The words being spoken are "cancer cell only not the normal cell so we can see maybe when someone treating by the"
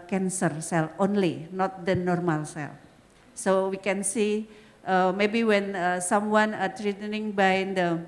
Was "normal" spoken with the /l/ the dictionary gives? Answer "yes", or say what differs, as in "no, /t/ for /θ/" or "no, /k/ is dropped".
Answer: yes